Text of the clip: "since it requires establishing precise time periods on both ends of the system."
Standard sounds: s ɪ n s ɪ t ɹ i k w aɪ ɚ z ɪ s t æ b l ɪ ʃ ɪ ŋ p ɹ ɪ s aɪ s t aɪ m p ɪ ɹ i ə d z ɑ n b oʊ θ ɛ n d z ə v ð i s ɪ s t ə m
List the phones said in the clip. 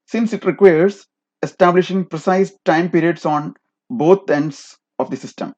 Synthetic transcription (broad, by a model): s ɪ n s ɪ t ɹ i k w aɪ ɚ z ɪ s t æ b l ɪ ʃ ɪ ŋ p ɹ ɪ s aɪ s t aɪ m p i ɹ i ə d s ɑ n b oʊ t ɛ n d s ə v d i s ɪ s t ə m